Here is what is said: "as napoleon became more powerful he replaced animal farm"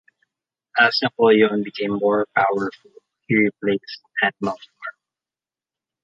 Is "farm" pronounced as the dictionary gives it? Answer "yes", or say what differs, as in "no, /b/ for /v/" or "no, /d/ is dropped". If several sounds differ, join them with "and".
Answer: no, /m/ is dropped